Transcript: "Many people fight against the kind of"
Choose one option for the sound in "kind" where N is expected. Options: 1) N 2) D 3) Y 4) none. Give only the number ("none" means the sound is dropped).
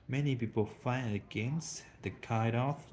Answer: 4